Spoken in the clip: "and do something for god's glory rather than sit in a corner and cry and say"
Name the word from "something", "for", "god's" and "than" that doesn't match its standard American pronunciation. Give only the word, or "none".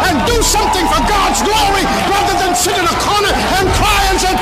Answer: none